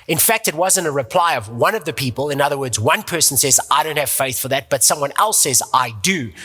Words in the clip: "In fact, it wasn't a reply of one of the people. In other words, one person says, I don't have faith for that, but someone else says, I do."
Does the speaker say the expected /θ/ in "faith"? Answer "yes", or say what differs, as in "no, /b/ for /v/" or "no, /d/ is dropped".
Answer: yes